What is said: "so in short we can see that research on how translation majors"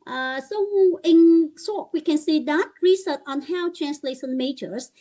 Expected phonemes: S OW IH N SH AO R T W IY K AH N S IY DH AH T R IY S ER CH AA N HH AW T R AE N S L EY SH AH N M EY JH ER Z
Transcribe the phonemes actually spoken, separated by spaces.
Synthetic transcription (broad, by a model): S OW IH N S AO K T W IY K AH N S IY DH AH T R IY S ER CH AA N HH AW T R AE N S L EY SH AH N M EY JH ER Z